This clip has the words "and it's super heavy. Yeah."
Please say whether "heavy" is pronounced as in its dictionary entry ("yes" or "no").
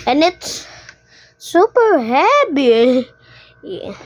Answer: no